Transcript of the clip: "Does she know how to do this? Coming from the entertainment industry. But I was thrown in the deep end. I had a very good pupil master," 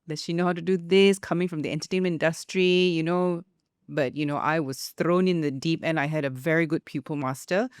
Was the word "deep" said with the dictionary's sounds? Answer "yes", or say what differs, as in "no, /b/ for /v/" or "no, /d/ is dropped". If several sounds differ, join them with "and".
yes